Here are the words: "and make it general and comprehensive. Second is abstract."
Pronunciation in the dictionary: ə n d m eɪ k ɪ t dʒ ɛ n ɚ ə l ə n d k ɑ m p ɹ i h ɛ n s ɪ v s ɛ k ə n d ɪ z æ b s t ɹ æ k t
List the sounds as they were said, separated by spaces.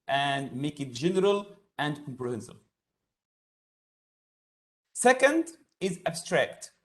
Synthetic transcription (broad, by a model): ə n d m eɪ k ɪ t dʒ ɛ n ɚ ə l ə n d k ɑ m p ɹ i h ɛ n s ɪ v s ɛ k ə n d ɪ z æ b s t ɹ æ k t